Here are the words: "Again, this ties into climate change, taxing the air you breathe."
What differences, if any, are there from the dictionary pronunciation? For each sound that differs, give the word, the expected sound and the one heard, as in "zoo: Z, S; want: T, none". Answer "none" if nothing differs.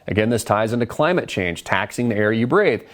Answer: none